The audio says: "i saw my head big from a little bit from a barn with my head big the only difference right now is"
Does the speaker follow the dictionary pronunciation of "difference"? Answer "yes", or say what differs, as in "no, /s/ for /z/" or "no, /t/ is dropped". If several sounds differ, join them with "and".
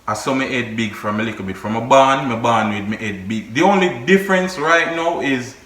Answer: yes